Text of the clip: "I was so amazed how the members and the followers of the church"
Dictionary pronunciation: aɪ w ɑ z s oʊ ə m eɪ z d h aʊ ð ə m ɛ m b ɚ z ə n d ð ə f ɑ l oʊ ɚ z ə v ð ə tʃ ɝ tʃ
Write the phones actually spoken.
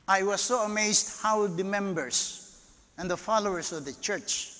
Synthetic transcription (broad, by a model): aɪ w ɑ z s oʊ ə m eɪ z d h aʊ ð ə m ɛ m b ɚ s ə n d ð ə f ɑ l oʊ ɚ s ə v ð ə tʃ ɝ tʃ